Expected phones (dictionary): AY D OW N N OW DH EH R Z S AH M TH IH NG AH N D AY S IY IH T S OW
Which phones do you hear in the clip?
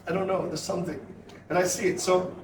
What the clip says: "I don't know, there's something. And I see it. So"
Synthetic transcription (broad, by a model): AY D OW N N OW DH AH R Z S AH M TH IH NG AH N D AY S IY IH T S OW